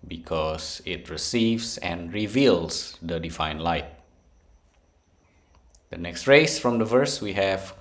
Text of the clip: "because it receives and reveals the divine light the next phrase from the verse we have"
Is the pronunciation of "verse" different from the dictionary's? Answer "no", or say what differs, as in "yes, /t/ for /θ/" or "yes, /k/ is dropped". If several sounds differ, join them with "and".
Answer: no